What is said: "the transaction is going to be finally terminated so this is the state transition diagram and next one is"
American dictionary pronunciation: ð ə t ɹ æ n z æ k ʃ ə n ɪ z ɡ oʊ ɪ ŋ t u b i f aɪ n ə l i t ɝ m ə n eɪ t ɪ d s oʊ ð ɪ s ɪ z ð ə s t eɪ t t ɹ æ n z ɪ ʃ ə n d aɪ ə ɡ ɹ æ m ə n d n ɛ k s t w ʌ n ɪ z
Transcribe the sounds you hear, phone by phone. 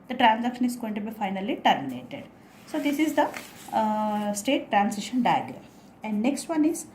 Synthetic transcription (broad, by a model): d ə t ɹ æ n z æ k ʃ ə n ɪ z ɡ oʊ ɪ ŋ t u b i f aɪ n ə l i t ɝ m ə n eɪ t ɪ d s oʊ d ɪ s ɪ z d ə s t eɪ t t ɹ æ n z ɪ ʃ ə n d aɪ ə ɡ ɹ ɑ ə n d n ɛ k s t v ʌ n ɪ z